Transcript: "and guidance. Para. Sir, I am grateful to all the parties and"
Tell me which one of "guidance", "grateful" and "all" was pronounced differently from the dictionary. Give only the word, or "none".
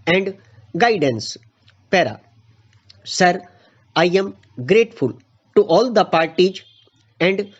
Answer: none